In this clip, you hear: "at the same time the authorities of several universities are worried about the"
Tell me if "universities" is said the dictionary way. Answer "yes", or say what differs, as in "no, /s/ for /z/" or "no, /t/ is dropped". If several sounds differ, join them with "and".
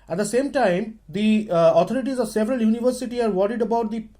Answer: no, /z/ is dropped